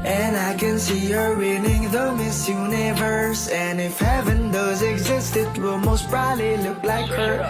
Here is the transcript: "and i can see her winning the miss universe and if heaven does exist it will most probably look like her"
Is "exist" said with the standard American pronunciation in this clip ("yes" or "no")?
yes